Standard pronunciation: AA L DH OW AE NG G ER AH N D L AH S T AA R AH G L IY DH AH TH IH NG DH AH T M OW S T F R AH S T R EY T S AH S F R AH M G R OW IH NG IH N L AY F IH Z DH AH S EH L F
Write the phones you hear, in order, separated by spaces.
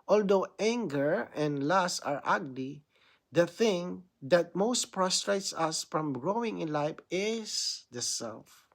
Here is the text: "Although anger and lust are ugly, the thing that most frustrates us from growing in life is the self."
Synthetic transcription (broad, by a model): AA L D OW AE NG G ER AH N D L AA S AA R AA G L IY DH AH TH IH NG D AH T M OW S T P R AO S T R EY T S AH S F R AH M G R OW IH NG IH N L AY F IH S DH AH S EH L F